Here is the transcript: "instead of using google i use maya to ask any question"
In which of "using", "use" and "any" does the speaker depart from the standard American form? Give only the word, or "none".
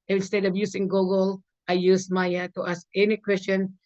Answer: using